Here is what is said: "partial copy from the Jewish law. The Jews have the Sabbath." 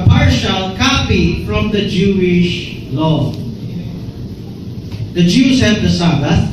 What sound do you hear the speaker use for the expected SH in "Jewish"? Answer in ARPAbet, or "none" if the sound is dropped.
SH